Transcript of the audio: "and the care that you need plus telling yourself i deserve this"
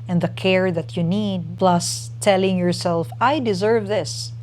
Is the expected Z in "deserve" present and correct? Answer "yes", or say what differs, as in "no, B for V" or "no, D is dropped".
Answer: yes